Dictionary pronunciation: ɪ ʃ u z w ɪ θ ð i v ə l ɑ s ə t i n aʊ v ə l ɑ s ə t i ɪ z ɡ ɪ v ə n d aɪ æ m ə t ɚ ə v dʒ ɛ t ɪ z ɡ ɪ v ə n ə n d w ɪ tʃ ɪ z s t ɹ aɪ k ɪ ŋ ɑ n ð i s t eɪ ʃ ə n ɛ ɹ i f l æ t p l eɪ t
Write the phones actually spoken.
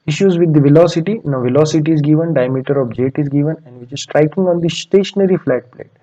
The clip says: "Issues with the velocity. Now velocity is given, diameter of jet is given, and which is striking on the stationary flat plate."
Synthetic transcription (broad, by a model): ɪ ʃ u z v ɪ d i v ə l ɑ s ə t i n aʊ v ə l ɑ s ə t i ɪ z ɡ ɪ v ə n d aɪ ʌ m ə t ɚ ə b dʒ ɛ t ɪ z ɡ ɪ v ə n ə n d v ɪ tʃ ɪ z s t ɹ aɪ k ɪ ŋ ɑ n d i s t eɪ ʃ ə n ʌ ɹ i f l æ t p l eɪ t